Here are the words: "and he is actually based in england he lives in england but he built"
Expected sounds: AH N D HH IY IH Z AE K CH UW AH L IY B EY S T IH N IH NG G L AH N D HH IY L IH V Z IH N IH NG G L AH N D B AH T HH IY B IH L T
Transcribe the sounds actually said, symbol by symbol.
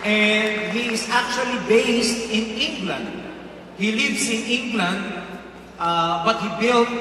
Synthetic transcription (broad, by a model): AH N D HH IY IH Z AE K CH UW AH L IY B EY S T IH N IH NG G L AH N D HH IY L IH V S IH N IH NG G L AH N D B AH T HH IY B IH L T